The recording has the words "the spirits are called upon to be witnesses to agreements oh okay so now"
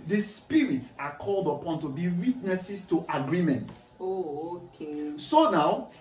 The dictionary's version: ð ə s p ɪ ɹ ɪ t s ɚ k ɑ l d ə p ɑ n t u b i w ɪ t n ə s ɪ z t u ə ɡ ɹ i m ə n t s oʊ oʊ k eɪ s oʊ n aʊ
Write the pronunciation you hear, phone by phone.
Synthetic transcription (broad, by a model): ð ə s p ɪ ɹ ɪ t s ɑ k ɑ l d ə p ɑ n t u b i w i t n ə s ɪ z t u ə ɡ ɹ i m ə n t s oʊ oʊ k eɪ s oʊ n aʊ